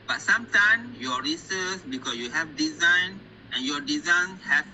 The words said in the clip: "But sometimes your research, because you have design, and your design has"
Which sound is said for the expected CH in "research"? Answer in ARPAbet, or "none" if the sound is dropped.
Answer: S